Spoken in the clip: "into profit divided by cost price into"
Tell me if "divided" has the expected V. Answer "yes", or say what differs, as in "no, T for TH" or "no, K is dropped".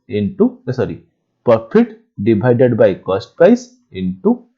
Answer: no, B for V